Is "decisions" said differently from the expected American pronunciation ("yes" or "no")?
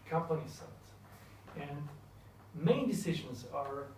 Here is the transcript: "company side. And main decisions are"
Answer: no